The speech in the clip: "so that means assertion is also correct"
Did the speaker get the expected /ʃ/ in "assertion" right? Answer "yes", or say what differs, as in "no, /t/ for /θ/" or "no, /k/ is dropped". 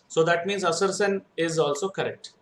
no, /s/ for /ʃ/